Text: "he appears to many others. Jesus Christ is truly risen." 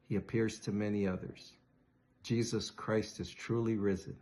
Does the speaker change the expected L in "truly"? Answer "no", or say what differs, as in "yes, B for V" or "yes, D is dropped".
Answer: no